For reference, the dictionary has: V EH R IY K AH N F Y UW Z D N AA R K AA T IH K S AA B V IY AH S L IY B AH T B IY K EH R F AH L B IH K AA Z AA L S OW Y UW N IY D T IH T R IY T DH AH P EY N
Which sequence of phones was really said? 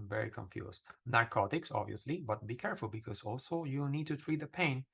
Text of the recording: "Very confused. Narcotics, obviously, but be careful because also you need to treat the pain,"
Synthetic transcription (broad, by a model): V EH R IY K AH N F Y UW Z N AA R K AA T IH K S AA B V IY AH S L IY B AH T B IY K EH R F AH L B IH K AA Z AA L S OW Y UW N IY D T IH T R IY T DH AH P EY N